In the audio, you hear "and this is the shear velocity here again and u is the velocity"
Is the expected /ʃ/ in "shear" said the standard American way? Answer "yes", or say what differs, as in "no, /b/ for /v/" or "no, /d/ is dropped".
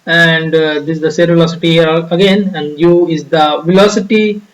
no, /s/ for /ʃ/